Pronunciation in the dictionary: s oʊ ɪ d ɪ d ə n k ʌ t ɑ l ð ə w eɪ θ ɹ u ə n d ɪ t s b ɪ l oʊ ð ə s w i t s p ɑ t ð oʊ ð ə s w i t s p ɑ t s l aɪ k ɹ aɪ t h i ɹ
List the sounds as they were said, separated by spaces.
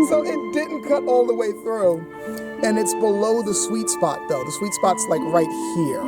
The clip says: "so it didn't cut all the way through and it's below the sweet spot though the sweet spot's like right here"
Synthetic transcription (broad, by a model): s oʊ ɪ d ɪ d n k ʌ t ɑ l ð ə w eɪ θ ɹ u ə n ɪ t s b ɪ l oʊ ð ə s w i t s p ɑ t ð oʊ ð ə s w i t s p ɑ t s l aɪ k ɹ aɪ t h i ɹ